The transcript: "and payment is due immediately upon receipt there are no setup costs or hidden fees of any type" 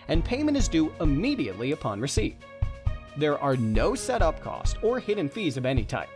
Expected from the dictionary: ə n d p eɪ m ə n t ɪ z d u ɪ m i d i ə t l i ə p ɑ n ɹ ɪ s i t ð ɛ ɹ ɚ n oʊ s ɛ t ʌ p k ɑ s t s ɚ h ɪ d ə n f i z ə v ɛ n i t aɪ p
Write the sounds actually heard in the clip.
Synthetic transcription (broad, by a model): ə n p eɪ m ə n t ɪ z d u ɪ m i d i ə t l i ə p ɑ n ɹ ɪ s i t ð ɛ ɹ ɚ n oʊ s ɛ t ʌ p k ɑ s t ɚ h ɪ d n f i z ə v ɛ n i t aɪ p